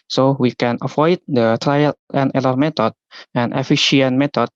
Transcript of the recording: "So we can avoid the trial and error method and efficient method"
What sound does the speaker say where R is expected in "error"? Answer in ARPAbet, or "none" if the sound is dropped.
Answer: L